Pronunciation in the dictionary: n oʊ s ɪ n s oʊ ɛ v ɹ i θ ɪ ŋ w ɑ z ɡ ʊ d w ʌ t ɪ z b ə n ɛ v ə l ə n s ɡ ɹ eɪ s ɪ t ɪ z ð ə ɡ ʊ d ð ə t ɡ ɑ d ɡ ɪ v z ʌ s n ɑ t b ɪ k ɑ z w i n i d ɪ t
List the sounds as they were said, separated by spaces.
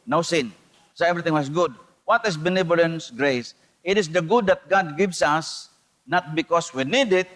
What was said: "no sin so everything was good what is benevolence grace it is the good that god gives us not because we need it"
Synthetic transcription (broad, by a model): n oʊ s ɪ n s oʊ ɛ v ɹ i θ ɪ ŋ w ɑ s ɡ ʊ d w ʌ t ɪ s b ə n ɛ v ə l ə n s ɡ ɹ eɪ s ɪ t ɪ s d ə ɡ ʊ d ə t ɡ ɑ d ɡ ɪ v s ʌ s n ɑ t b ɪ k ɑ s w i n i d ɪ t